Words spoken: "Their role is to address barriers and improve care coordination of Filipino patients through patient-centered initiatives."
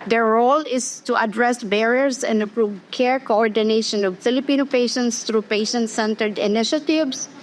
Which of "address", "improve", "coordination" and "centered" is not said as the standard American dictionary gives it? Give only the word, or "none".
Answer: improve